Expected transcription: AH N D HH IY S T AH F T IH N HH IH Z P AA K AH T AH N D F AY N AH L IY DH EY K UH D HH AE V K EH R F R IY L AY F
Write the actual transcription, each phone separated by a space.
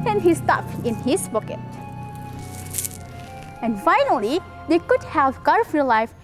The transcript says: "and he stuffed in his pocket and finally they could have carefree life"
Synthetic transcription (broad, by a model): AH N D HH IY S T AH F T IH N HH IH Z B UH K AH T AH N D F AY N AH L IY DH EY K UH D HH AE V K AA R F IY L AY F